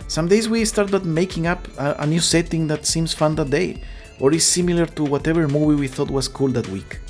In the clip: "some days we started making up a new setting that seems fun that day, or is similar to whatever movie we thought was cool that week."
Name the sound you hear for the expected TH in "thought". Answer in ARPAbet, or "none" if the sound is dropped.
TH